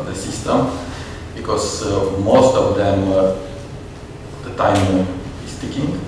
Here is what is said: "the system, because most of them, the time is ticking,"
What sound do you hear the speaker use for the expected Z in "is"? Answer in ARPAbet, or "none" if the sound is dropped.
S